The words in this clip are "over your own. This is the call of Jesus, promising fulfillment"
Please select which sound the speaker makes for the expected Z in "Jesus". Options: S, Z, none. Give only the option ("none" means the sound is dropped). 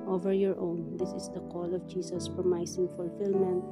S